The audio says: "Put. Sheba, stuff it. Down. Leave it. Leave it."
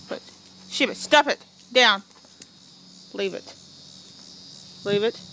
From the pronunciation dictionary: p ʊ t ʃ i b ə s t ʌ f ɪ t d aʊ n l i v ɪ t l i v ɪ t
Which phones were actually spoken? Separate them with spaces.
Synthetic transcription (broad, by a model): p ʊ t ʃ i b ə s t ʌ p ɪ t d aʊ n l i v ɪ t l i v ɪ t